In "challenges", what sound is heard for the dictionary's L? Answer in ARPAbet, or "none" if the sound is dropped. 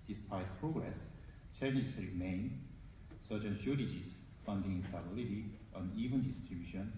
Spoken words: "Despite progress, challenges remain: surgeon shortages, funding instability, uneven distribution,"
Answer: N